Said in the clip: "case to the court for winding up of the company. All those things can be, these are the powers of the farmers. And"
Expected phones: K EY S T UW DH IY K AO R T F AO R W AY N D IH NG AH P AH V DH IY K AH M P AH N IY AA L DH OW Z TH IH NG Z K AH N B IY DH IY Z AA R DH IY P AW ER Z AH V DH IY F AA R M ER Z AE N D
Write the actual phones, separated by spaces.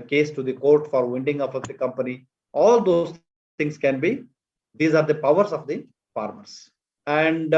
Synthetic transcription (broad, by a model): K EY S T UW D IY K AO R T F AO R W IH N D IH NG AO F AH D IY K AH M P AH N IY AA L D OW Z T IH NG S K AH N B IY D IY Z AA R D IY P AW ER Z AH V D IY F AA R M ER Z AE N D